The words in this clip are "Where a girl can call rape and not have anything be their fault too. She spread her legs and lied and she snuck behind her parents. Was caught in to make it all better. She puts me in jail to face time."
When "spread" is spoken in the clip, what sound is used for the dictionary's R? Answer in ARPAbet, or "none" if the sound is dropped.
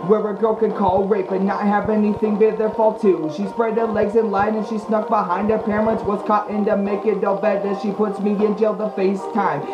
R